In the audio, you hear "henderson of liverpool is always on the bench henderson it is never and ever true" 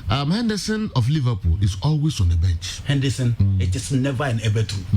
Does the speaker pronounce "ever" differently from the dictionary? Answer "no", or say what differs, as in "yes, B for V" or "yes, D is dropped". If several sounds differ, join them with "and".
yes, B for V